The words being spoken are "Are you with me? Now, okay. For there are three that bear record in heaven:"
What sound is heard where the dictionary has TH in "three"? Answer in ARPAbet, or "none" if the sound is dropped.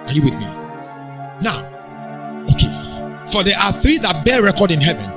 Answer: TH